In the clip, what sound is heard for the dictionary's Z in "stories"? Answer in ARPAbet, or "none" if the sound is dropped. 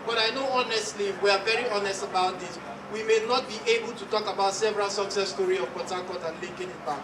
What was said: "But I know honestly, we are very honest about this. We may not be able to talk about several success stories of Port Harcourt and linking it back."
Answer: none